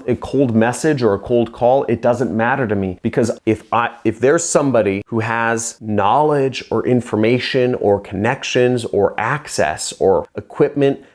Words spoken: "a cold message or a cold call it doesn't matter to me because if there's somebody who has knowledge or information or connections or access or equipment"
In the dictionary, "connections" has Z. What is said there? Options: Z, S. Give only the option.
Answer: Z